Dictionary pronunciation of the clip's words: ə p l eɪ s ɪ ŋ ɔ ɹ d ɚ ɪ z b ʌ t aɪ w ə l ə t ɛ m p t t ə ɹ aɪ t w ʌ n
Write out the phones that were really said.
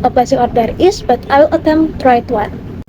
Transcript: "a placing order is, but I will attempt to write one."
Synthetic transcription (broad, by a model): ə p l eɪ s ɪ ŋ ɔ ɹ d ɚ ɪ s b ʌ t aɪ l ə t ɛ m t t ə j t w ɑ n